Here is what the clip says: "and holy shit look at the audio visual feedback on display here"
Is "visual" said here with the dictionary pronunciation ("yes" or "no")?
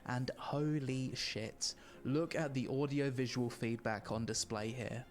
yes